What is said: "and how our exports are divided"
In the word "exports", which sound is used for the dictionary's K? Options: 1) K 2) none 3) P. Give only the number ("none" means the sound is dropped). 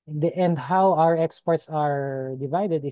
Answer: 1